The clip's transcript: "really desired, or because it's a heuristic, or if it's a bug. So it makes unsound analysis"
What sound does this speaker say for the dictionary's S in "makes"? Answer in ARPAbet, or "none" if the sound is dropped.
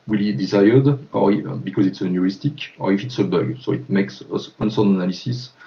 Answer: S